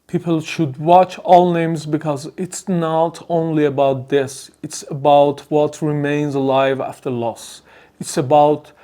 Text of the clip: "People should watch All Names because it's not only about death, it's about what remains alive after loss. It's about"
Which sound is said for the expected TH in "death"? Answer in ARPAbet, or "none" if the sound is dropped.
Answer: S